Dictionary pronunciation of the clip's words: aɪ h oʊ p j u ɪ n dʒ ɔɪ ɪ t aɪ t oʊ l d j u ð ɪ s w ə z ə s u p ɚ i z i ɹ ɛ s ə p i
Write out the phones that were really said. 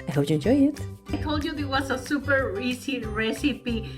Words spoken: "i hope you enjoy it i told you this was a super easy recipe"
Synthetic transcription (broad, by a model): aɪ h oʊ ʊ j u ɪ n dʒ ɔɪ ɪ t aɪ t oʊ l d j u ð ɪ w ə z ə s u p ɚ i s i ɹ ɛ s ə p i